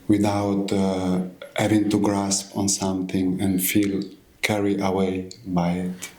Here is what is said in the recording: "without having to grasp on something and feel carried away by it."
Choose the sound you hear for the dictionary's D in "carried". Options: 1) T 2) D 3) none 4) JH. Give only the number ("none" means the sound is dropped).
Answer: 3